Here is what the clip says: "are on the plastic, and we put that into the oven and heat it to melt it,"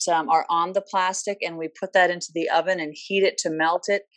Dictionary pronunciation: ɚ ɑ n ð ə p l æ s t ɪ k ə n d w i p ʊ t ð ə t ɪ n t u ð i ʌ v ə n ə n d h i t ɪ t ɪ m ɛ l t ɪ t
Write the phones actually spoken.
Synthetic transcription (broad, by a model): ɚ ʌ n ð ə p l æ s t ɪ k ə n w i p ʊ t ð ə t ɪ n t u ð i ʌ v ə n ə n h i t ɪ t ɪ m ɛ l t ɪ t